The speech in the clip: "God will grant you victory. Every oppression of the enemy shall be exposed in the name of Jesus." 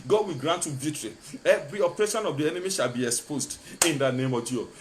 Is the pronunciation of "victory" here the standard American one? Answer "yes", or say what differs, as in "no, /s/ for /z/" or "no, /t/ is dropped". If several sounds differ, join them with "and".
no, /k/ is dropped